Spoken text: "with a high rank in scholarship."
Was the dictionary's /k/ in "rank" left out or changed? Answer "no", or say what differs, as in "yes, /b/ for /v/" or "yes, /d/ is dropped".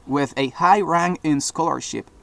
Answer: yes, /k/ is dropped